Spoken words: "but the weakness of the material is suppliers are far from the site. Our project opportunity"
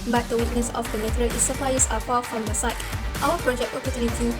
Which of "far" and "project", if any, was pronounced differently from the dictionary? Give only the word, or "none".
far